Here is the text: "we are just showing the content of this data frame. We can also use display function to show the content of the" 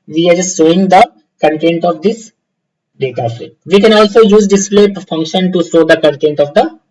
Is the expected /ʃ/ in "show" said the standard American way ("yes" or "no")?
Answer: no